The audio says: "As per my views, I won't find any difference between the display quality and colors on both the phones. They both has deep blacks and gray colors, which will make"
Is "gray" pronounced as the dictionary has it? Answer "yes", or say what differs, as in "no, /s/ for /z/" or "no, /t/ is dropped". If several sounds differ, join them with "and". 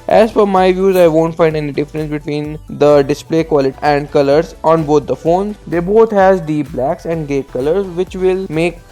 no, /ɹ/ is dropped